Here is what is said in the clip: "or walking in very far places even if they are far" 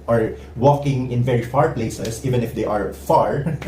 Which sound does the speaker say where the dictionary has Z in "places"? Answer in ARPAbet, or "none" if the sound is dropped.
S